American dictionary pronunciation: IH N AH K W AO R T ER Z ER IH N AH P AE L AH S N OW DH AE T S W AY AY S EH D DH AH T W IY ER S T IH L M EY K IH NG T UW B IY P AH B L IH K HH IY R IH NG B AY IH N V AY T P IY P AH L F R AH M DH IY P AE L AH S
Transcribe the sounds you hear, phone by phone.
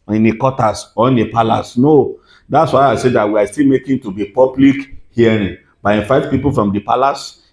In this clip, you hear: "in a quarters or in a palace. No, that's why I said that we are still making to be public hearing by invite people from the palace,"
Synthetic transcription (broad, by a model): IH N AH K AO T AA S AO IH N AH P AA L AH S N OW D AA T S W AY AY S EH D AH T W IY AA S T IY L M EY K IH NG T UW B IY P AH B L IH K HH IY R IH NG B AY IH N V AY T P IY P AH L F R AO M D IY P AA L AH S